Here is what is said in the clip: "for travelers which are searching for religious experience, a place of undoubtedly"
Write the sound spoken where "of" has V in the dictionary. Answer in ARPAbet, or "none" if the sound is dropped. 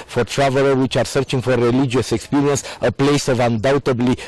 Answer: V